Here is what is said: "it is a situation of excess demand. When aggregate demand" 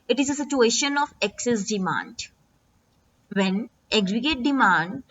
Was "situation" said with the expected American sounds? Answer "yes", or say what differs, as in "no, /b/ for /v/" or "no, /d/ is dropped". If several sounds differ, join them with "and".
yes